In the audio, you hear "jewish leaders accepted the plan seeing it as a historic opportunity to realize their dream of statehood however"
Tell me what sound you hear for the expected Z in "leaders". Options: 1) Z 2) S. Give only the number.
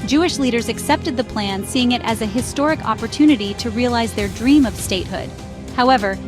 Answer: 1